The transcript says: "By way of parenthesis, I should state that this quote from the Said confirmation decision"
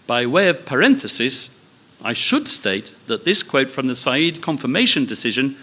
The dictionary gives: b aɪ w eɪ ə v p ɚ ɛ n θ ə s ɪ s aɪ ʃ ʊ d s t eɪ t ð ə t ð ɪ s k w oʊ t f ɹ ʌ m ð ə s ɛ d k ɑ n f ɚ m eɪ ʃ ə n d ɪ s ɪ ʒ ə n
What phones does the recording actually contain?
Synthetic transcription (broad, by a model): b aɪ w eɪ ə v p ɚ ɛ n θ ə s ɪ s aɪ ʃ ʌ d s t eɪ t ð ə t ð ɪ s k w oʊ t f ɹ ʌ m ð ə s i d k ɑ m f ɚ m eɪ ʃ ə n d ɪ s ɪ ʒ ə n